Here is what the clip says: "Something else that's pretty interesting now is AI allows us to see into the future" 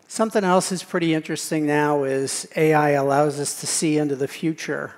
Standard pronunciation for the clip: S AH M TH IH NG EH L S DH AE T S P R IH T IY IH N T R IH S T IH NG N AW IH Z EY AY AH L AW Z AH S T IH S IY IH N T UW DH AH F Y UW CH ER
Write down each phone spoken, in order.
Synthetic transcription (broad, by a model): S AH M TH IH NG EH L S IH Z P R IH T IY IH N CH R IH S T IH NG N AW IH Z EY AY AH L AW Z AH S T IH S IY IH N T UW DH AH F Y UW CH ER